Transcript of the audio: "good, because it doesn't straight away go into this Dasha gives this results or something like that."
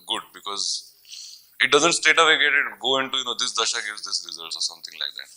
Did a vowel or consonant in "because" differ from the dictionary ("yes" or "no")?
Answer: no